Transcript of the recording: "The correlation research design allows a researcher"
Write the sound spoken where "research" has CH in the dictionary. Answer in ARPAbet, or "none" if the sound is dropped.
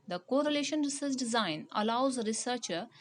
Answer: S